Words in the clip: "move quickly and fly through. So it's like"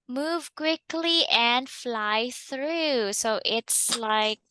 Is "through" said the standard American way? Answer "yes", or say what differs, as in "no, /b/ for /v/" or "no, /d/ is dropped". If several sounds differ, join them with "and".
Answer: yes